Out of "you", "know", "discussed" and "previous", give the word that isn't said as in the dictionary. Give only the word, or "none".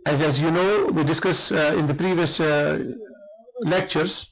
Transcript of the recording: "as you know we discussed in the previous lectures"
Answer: discussed